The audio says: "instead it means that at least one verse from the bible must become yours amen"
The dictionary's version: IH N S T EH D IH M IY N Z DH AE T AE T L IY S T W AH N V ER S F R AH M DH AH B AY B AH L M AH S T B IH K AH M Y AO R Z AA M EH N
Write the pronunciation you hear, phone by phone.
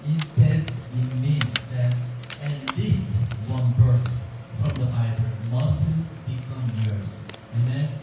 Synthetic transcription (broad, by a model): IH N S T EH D IH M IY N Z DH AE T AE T L IY S T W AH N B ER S F R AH M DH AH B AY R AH N M AH S T B IH K AH M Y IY R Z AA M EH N